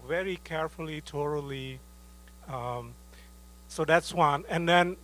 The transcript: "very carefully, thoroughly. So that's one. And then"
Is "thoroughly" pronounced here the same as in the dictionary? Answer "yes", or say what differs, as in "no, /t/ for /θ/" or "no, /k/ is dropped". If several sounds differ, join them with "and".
no, /t/ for /θ/